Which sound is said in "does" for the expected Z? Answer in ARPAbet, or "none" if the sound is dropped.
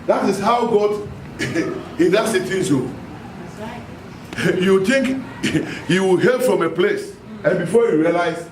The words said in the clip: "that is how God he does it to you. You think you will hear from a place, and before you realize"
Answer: S